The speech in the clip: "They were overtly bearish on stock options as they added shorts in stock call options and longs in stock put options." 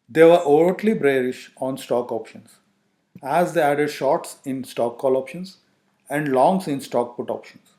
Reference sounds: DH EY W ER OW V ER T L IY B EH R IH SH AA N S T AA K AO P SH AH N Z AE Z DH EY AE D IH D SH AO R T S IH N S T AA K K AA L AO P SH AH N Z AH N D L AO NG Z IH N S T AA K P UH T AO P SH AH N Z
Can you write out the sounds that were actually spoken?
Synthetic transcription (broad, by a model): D EY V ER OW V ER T L IY B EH R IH SH AA N S T AA K AO P SH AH N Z AE Z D EY AE D IH D SH AO R T S IH N S T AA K K AA L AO P SH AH N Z AH N D L AO NG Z IH N S T AA K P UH T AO P SH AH N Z